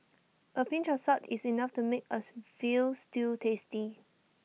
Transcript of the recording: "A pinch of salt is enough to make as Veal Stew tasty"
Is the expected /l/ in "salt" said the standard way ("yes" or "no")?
no